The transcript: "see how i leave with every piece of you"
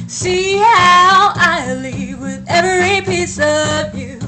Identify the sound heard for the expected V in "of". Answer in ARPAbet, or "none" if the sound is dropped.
V